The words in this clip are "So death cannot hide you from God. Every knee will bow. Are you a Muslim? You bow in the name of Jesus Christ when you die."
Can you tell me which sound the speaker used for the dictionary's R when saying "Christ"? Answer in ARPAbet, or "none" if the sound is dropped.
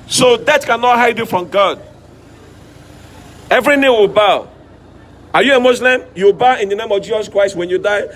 R